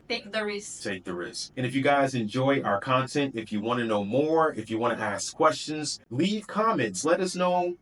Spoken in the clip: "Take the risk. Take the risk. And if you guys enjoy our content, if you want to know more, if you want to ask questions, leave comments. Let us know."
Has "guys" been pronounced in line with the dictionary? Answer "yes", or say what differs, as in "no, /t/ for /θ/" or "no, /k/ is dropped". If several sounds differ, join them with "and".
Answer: yes